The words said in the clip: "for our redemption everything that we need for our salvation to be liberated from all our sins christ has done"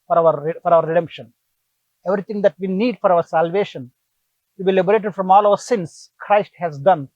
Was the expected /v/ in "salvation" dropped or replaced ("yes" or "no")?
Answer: no